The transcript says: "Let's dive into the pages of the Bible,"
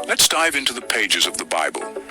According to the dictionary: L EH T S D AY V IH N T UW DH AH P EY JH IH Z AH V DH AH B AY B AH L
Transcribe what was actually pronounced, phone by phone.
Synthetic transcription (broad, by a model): L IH T S D AY V IH N T UW DH AH P EY JH IH Z AH V DH AH B AY B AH L